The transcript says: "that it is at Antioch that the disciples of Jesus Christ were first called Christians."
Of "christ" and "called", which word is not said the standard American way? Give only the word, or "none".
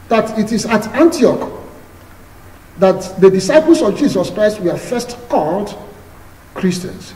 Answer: none